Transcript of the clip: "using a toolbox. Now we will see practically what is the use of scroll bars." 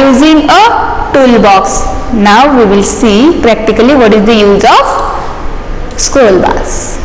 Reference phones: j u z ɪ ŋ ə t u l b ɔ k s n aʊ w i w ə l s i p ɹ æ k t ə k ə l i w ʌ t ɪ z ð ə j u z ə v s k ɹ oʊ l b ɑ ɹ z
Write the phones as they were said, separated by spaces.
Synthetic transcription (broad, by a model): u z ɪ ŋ ə t u l b ɔ k s n aʊ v i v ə l s i p ɹ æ k t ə k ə l i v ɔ t ɪ z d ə j u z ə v s k oʊ l b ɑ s